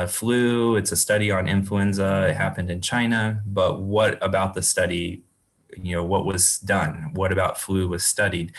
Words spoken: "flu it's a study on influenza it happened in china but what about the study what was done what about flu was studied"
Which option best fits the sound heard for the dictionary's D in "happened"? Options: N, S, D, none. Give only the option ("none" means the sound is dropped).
D